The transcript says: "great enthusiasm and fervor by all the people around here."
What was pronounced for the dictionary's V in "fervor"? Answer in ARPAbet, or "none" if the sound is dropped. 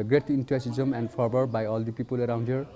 B